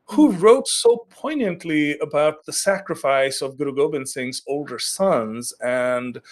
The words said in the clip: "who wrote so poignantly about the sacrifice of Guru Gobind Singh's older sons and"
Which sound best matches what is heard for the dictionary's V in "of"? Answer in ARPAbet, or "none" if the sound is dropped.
V